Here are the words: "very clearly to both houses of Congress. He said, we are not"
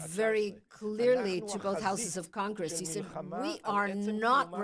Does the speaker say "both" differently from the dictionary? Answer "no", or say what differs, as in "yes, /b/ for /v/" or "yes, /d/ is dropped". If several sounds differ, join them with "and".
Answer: no